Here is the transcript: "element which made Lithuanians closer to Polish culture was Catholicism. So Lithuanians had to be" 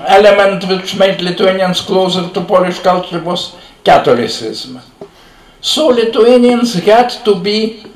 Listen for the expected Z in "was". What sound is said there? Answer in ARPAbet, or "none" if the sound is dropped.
S